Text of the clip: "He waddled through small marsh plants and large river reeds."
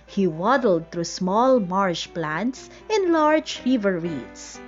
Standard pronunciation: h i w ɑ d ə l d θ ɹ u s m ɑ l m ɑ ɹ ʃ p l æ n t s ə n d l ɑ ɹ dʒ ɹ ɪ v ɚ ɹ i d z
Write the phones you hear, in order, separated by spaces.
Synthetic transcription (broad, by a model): h i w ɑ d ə l d t ɹ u s m ɑ l m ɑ ɹ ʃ p l æ n t s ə n l ɑ ɹ dʒ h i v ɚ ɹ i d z